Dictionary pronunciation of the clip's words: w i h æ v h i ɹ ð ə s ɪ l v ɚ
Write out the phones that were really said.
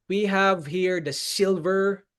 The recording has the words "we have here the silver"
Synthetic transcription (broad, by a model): w i h æ v h i ɹ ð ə s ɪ l v ɚ